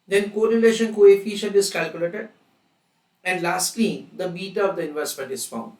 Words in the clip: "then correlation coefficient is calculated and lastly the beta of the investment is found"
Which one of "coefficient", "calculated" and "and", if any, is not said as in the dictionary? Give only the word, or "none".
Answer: coefficient